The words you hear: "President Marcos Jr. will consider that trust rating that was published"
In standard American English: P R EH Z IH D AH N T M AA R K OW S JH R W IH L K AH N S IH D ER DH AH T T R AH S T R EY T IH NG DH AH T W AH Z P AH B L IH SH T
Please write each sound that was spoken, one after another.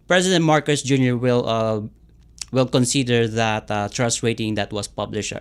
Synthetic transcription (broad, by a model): P R EH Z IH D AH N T M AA R K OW S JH R W IH L K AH N S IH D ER DH AH T T R AH S T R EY T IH NG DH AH T W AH S P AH B L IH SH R